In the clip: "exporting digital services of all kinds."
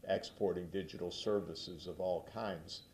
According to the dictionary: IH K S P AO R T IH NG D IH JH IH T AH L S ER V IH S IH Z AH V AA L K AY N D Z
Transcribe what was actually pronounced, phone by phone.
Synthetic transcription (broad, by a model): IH K S P AO R T IH NG D IH JH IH T L S ER V IH S IH Z AH V AA L K AY N D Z